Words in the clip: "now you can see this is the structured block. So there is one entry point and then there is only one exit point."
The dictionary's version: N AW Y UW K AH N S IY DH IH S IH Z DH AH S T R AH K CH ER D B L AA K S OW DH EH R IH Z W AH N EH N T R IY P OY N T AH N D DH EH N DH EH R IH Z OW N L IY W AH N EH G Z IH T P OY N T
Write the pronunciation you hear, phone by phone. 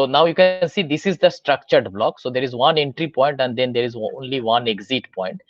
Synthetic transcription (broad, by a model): N AW Y UW K AH N S IY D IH S IH Z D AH S T R AH K CH ER D B L AA K S OW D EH R IH Z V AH N EH N T R IY P OY N T AH N D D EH N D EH R IH Z OW N L IY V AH N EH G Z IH T P OY N T